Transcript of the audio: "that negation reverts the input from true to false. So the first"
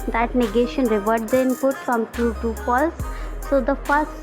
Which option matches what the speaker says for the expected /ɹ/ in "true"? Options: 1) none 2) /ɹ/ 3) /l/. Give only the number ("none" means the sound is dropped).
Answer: 1